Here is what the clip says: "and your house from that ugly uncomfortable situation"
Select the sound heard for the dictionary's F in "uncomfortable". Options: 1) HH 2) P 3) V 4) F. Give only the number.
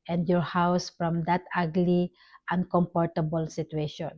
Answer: 2